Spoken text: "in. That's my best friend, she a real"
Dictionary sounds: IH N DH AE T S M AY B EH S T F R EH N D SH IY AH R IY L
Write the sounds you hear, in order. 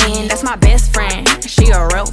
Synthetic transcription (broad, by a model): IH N DH AE T S M AY B EH S T F R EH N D SH IY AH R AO